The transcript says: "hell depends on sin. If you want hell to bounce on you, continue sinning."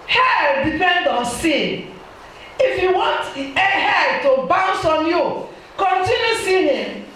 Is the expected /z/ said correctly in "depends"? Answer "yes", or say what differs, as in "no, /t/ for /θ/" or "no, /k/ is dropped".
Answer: no, /z/ is dropped